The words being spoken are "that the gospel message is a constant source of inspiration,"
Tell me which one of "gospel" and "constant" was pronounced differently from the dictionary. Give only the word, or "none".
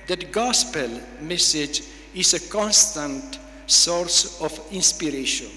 none